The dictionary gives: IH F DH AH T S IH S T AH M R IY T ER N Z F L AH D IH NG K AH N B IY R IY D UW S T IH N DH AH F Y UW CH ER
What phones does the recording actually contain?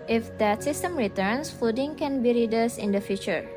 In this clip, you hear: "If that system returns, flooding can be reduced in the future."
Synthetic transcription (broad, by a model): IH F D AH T S IH S T AH M R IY T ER N S F UW D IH NG K AH N B IY R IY D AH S IH N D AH F Y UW CH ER